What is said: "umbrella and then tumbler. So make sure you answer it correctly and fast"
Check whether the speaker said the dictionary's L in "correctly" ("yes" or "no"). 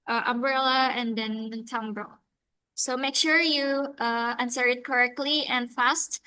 yes